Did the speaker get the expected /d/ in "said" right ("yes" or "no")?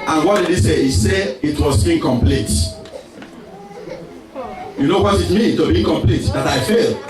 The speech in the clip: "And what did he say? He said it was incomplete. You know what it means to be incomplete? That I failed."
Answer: no